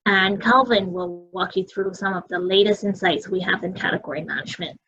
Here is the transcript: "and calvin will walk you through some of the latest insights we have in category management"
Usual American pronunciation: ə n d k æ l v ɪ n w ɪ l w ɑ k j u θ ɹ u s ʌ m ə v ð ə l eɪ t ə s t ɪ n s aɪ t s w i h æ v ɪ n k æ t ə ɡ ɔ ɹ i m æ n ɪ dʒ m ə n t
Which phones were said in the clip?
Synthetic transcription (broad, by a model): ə n k æ l v ɪ n w ɪ l w ɑ k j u θ ɹ u s ʌ m ə v ð ə l eɪ t ə s t ɪ n s aɪ t s w i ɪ v ɪ n k æ t ə ɡ ɔ ɹ i m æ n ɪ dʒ m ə n t